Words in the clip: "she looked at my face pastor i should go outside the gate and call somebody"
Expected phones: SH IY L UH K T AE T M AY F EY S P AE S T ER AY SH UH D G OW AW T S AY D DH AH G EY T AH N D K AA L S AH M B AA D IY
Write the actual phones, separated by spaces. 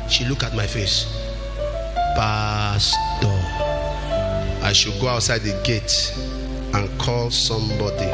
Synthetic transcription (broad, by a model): SH IY L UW K AA T M AY F EY S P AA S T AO AY SH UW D G OW AW T S AY D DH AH G EY T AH N K AA L S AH M B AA D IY